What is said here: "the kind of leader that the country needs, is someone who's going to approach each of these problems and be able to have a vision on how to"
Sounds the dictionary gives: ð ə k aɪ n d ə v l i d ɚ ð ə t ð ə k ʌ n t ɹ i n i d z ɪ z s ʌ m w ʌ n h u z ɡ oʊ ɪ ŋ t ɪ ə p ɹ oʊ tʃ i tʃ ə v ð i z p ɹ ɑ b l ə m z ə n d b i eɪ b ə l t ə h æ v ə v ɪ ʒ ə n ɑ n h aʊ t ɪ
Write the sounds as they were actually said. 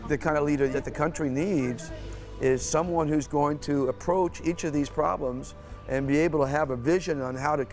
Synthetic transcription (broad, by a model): ð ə k aɪ n d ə l i d ɚ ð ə t ð ə k ʌ n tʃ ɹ i n i d z ɪ z s ʌ m w ʌ n h u z ɡ oʊ ɪ ŋ t ɪ ə p ɹ oʊ tʃ i tʃ ə v ð i z p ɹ ɑ b l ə m z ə n b i eɪ b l t ə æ v ə v ɪ ʒ ə n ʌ n h aʊ t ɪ